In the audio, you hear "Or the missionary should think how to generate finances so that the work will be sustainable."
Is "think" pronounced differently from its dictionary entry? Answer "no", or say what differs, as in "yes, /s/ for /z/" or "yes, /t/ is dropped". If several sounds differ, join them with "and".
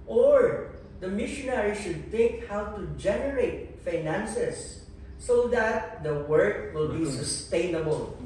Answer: yes, /t/ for /θ/ and /ŋ/ is dropped